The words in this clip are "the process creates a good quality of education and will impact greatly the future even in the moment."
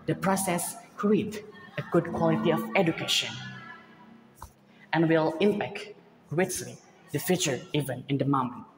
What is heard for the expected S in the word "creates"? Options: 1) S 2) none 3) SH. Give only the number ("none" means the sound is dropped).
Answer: 2